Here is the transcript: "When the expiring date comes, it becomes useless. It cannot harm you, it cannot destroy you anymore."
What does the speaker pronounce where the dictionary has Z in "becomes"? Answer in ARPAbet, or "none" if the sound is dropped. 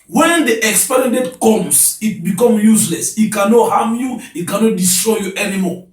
none